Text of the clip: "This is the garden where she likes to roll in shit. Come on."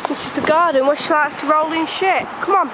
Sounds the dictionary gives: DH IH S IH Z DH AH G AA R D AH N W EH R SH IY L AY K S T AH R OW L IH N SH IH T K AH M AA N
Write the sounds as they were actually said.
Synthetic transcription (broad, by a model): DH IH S IH Z DH AH G AA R D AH N W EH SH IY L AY S T AH R OW L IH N SH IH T K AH M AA N